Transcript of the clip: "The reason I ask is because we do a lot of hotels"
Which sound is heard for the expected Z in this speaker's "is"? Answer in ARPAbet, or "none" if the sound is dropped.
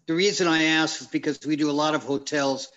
Z